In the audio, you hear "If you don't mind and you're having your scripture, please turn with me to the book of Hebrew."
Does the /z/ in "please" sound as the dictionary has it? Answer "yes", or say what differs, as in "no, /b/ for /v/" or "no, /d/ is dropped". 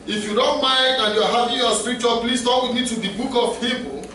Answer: no, /s/ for /z/